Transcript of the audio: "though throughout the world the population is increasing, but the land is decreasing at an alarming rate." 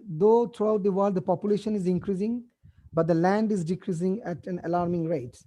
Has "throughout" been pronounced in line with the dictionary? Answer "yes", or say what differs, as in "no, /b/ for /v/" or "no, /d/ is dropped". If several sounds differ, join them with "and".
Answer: no, /t/ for /θ/